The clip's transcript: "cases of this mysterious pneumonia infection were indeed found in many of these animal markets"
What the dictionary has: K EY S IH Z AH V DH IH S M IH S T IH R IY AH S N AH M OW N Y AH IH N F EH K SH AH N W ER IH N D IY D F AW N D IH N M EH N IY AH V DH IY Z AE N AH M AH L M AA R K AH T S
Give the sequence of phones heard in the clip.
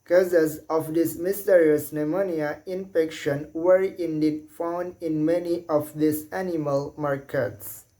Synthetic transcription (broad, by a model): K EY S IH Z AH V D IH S M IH S T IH R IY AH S N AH M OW N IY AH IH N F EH K SH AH N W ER IH N D IY D F AW N D IH N M EH N IY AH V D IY S AE N AH M AH L M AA R K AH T S